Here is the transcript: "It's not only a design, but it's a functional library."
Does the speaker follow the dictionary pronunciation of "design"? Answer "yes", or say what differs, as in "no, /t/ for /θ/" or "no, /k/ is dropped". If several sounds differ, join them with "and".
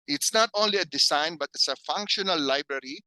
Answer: no, /s/ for /z/